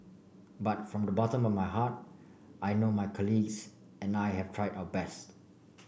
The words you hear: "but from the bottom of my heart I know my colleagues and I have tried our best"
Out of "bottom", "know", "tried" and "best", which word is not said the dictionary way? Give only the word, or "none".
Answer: none